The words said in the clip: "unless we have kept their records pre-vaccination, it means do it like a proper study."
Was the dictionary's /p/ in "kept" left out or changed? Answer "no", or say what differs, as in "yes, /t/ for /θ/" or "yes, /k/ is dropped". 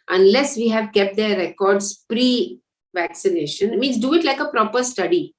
no